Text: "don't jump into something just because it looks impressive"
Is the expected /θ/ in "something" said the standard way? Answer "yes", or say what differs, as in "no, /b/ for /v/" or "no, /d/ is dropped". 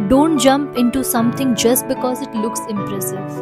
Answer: no, /t/ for /θ/